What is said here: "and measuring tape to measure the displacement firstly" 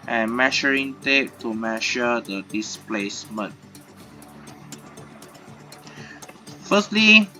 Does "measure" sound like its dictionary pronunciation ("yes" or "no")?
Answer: no